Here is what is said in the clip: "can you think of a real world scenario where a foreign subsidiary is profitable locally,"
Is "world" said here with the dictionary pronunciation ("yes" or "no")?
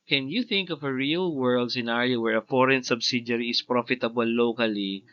yes